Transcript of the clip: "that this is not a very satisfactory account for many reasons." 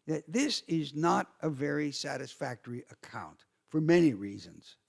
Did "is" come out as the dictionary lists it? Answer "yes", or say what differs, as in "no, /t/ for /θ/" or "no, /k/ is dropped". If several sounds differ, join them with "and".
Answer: yes